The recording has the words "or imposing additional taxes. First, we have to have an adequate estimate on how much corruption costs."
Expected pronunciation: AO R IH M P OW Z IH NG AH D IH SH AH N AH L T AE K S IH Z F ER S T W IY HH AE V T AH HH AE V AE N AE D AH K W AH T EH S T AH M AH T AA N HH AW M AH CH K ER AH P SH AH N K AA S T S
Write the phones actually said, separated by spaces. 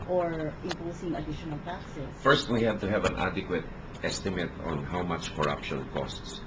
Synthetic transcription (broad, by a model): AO R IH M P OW S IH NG AH D IH SH AH N AH L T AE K S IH S F ER S T W IY HH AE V T AH HH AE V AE N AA D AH K W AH T EH S T AH M AH T AA N HH AW M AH CH K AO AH P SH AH N K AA S T S